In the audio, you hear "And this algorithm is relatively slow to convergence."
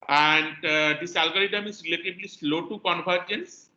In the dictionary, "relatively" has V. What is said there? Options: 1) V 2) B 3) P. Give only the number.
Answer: 2